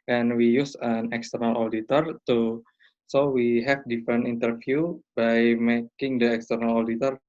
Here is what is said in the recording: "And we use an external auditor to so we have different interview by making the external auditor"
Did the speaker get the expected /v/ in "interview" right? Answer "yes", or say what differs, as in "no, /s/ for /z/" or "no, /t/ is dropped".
no, /f/ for /v/